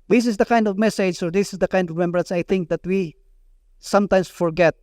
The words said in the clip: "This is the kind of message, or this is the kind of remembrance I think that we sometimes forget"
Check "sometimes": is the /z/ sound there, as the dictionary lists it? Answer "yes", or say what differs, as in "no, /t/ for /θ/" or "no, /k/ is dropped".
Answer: no, /s/ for /z/